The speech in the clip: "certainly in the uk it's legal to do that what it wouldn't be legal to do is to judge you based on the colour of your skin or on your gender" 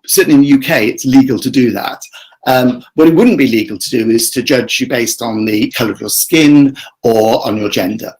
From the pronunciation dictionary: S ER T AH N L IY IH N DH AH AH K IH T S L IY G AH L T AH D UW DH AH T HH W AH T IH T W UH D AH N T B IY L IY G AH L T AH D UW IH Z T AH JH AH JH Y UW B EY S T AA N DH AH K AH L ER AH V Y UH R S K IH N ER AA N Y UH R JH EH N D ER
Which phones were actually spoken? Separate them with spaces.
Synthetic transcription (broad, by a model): S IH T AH N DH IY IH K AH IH IH T S L IY G AH L T AH D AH DH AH T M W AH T IH T W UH D N B IY L IY G AH L T AH D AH IH Z T AH JH AH JH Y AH B EY S T N DH AH K AH L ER AH V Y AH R S K IH N ER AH N Y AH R JH EH N D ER